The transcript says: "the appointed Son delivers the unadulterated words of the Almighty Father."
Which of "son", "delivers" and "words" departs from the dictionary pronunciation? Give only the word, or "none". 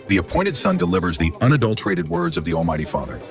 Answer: none